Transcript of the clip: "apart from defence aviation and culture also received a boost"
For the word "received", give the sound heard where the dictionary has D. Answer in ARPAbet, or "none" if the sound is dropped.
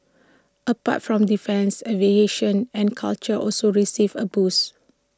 none